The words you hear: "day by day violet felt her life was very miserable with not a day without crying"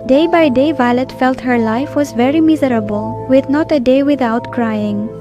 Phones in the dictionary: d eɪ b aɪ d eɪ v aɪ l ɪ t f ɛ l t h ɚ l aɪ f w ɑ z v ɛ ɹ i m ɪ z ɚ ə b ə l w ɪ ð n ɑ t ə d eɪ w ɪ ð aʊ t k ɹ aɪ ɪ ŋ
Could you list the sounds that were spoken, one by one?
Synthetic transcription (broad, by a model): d eɪ b aɪ d eɪ v aɪ l ɪ t f ɛ l t h ɚ l aɪ f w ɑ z v ɛ ɹ i m ɪ z ɚ ə b ə l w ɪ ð n ɑ t ə d eɪ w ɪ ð aʊ t k ɹ aɪ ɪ ŋ